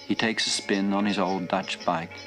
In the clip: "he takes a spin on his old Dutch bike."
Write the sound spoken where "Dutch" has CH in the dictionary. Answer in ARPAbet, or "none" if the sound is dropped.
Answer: CH